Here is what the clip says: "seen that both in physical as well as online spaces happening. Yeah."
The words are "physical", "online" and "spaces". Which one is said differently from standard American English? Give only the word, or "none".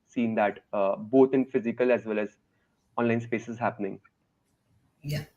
none